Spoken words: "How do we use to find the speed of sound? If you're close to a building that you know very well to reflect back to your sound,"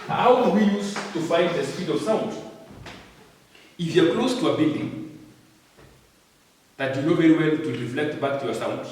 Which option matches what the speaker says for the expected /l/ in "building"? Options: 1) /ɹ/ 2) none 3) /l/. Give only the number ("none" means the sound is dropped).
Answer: 2